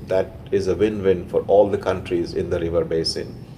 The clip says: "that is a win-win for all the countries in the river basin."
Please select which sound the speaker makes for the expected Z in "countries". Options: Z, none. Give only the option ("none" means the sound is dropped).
Z